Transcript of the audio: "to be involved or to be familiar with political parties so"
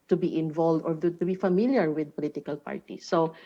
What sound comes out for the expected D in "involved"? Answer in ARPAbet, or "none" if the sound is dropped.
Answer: D